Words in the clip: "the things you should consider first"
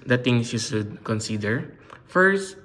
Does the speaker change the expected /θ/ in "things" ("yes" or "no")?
yes